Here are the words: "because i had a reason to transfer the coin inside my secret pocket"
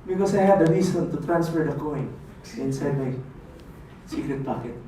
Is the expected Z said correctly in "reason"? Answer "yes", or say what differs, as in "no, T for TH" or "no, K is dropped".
no, S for Z